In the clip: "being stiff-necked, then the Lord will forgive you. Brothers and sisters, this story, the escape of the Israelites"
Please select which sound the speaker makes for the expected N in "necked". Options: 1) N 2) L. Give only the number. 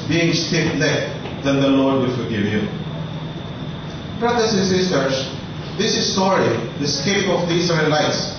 2